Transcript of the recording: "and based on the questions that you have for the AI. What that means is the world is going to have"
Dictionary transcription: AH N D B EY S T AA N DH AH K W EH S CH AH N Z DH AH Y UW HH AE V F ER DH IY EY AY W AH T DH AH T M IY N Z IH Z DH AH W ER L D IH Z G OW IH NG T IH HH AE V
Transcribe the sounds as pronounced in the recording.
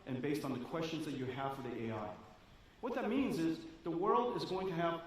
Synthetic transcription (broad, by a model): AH N B EY S T N DH AH K W EH S CH AH N Z DH AH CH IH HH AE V F ER DH IY EY AY W AH T DH AH T M IY N Z IH Z DH AH W ER L D IH Z G OW IH NG T IH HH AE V